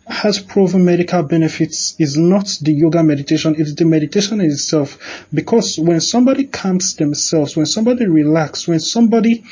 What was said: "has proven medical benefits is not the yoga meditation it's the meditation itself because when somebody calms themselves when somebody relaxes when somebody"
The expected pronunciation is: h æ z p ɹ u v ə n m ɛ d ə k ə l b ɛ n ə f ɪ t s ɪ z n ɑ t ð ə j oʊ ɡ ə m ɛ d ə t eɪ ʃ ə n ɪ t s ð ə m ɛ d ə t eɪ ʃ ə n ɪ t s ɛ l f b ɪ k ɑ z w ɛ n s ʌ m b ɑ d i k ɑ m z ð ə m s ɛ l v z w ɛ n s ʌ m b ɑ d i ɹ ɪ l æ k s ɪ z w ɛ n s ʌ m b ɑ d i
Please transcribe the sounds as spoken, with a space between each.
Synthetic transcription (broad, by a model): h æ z p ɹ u v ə m ɛ d ə k ə l b ɛ n ə f ɪ t s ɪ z n ɑ t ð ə j oʊ ɡ ə m ɛ d ə t eɪ ʃ ə n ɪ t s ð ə m ɛ d ə t eɪ ʃ ə n ɪ t s ɛ l f b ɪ k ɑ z w ɛ n s ʌ m b ɑ d i k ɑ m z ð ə m s ɛ l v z w ɛ n s ʌ m b ɑ d i ɹ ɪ l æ k s w ɛ n s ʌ m b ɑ d i